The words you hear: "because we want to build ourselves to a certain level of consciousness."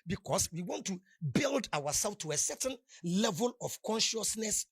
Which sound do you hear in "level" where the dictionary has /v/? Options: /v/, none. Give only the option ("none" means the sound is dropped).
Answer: /v/